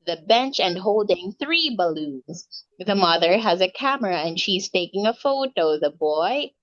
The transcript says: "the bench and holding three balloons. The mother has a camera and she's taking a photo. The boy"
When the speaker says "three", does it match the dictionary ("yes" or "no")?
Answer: yes